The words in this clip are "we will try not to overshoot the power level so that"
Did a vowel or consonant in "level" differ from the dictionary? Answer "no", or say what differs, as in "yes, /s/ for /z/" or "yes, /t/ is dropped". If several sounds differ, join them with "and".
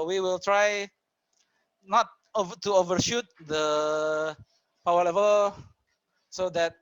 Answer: no